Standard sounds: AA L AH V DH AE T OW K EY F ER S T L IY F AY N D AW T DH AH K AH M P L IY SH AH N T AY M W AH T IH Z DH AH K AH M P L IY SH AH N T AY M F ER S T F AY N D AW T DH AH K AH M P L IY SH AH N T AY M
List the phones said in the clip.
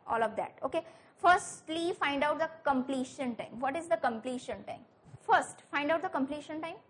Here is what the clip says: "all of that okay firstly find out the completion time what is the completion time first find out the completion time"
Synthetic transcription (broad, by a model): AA L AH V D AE T OW K EY F ER S T L IY F AY N D AW T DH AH K AH M P L IY SH AH N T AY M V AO T IH Z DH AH K AH M P L IY SH AH N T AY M F ER S T F AY N D AW T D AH K AH M P L IY SH AH N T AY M